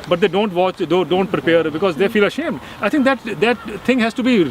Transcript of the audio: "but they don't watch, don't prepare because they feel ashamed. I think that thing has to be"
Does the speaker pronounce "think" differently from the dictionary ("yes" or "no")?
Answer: yes